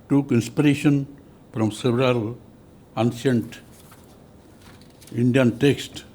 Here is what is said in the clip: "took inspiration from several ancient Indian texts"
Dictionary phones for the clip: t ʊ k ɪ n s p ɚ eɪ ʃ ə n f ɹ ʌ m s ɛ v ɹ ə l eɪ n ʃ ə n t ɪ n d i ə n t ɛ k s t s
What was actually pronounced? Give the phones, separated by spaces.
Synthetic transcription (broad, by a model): t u k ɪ n s p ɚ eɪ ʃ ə n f ɹ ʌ m s ɛ v ɹ ə l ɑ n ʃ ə n t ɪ n d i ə n t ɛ k s t